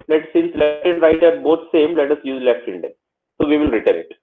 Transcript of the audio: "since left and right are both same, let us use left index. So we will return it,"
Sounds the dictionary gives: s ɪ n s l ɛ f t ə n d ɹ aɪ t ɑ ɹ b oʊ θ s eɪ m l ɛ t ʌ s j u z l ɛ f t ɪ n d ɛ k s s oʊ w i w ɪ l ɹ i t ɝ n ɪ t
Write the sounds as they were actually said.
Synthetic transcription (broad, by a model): s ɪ n s l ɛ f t ə n d ɹ aɪ t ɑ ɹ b oʊ t s eɪ m l ɛ t ʌ s j u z l ɛ f t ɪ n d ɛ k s s oʊ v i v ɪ l ɹ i t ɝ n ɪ t